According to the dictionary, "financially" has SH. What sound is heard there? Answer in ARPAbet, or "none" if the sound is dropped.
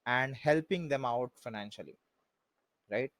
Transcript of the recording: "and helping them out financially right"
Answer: SH